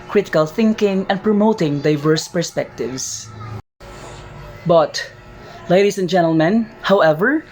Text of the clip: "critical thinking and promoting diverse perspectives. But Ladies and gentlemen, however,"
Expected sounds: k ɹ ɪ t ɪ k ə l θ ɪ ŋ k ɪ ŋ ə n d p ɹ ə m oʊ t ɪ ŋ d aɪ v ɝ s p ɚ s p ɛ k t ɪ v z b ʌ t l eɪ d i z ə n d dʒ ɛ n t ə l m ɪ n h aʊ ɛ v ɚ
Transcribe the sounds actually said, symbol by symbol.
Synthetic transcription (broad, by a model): k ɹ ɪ t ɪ k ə l θ ɪ ŋ k ɪ ŋ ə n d p ɹ ə m oʊ t ɪ ŋ d aɪ v ɝ s p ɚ s p ɛ k t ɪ v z b ʌ t l eɪ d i s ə n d dʒ ɛ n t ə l m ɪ n h aʊ ɛ v ɚ